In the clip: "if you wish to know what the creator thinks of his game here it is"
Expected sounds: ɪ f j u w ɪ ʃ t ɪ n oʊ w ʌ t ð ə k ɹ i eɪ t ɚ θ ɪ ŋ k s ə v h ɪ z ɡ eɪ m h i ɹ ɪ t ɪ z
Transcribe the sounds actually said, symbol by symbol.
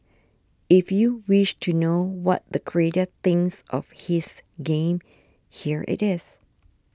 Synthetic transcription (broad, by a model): ɪ f j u w ɪ ʃ t ɪ n oʊ w ʌ t ð ə k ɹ i eɪ t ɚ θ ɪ ŋ s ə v h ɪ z ɡ eɪ m h i ɹ ɪ t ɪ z